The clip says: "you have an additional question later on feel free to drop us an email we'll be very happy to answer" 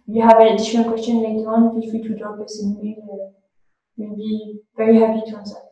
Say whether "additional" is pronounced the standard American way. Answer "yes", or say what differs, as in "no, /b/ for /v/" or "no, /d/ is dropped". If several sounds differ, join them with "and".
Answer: no, /n/ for /l/